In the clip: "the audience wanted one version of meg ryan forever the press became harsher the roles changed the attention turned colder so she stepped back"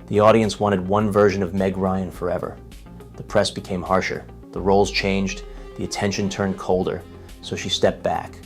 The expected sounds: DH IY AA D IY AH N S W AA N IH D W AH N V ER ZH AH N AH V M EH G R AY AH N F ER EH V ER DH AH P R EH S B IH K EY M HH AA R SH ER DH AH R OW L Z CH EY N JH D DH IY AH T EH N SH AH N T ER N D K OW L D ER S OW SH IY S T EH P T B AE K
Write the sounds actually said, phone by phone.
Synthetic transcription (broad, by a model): DH IY AA D IY AH N S W AA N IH D W AH N V ER ZH AH N AH V M EH G R AY AH N F ER EH V ER DH AH P R EH S B IH K EY M HH AA R SH ER DH AH R OW L Z CH EY N JH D DH IY AH T EH N SH AH N T ER N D K OW L D ER S OW SH IY S T EH P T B AE K